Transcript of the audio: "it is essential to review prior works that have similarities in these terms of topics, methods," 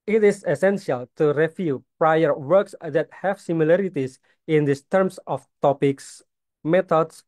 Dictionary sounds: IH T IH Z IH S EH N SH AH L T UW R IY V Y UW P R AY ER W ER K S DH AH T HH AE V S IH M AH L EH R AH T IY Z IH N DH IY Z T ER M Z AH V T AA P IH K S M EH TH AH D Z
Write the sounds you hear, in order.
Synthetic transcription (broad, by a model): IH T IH S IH S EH N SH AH L T UW R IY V Y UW P R AY ER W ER K S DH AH T HH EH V S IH M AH L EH R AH T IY S IH N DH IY S T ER M S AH F T AA P IH K S M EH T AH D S